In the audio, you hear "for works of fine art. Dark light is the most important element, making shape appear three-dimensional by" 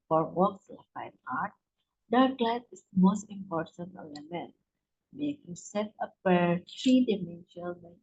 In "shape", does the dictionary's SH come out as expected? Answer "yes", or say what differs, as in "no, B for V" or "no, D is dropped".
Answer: no, S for SH